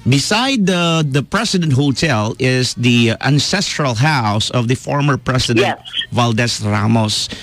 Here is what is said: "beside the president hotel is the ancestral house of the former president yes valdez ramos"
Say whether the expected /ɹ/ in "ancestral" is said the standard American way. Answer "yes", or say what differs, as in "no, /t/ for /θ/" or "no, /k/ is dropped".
yes